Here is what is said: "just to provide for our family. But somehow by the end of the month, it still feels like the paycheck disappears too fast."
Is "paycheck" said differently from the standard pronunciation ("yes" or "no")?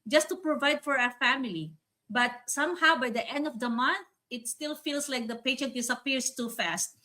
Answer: yes